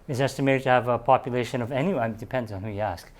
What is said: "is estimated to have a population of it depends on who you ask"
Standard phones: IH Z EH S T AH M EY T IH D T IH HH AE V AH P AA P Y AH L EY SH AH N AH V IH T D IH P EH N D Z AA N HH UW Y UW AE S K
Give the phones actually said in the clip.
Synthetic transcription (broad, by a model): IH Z EH S T AH M EY T IH D T IH V AH P AA P Y AH L EY SH AH N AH V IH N D IH P EH N D Z N HH UW Y AE S K